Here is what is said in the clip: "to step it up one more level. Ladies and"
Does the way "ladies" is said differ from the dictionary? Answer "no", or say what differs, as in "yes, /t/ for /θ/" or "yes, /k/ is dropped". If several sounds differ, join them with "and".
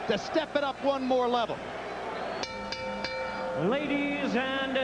no